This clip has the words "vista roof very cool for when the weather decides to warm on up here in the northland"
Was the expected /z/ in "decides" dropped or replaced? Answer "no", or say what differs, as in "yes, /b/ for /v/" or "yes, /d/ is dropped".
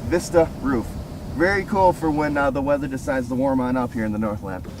no